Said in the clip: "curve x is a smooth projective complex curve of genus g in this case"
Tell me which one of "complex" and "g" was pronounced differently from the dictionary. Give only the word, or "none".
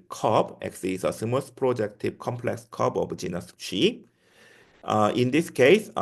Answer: g